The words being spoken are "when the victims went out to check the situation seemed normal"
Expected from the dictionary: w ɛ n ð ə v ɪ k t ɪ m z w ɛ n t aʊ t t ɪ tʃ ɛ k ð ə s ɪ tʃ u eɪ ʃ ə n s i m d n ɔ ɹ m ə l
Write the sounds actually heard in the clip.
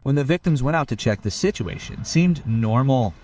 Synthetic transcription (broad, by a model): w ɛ n ð ə v ɪ k t ɪ m z w ɛ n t aʊ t t ɪ tʃ ɛ k ð ə s ɪ tʃ u eɪ ʃ ə n s i m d n ɔ ɹ m l